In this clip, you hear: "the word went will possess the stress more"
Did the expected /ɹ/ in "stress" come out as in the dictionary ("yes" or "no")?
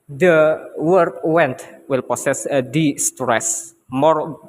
yes